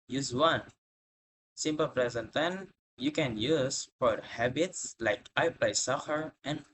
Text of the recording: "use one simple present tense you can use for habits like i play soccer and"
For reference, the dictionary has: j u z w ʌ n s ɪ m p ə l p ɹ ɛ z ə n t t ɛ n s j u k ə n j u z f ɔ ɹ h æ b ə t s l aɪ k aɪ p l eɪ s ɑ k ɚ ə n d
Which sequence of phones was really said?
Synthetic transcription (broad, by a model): j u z w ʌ n s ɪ m p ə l p ɹ ɛ z ə n t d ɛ n j u k ə n j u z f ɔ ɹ h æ b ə t s l aɪ k aɪ p l eɪ s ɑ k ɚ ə n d